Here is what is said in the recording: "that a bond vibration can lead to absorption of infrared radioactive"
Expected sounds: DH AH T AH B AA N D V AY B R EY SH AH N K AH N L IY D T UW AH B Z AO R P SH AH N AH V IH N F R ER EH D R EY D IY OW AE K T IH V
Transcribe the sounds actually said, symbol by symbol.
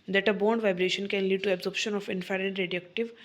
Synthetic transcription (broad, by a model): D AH T AH B AA N D V AY B R EY SH AH N K AH N L IY D T UW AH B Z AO R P SH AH N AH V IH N F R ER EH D R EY D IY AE K T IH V